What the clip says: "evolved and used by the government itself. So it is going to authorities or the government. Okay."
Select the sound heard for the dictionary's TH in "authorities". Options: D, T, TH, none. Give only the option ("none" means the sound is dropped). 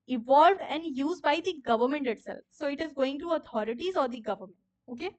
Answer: T